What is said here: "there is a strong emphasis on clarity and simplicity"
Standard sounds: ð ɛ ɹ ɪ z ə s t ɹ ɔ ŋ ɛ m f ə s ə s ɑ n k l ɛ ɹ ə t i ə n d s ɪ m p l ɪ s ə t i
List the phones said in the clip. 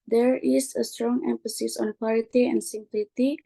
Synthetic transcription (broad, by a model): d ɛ ɹ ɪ s ə s t ɹ ɔ ŋ ɛ m f ə s ə s ɑ n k w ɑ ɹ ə t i ə n d s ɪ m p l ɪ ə t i